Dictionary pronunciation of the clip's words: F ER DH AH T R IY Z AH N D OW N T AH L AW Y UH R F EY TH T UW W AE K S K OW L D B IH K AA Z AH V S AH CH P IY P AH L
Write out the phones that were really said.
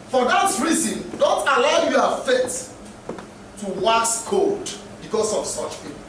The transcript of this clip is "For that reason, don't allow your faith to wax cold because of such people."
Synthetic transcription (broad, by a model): F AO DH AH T R IY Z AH N D OW N T AH L AW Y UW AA F EY T T UW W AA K S K OW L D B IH K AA S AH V S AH CH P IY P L